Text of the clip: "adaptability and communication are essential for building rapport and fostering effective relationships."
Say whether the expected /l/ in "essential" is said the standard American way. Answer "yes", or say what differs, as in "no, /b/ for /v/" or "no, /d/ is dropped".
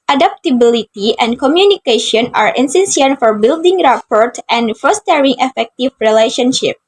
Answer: no, /n/ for /l/